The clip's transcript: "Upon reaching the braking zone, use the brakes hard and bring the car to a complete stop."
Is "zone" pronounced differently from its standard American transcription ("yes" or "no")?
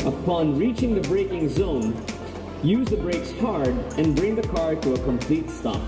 no